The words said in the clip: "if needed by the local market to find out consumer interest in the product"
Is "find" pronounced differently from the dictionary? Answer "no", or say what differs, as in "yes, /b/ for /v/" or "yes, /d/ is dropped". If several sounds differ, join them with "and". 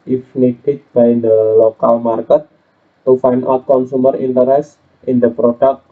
yes, /d/ is dropped